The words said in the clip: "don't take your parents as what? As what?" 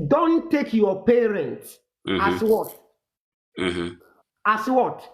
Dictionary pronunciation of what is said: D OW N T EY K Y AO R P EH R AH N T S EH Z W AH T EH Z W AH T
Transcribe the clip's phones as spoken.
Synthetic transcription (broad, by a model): D OW N T EY K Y AO P EH R AH N T S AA S W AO T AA S W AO T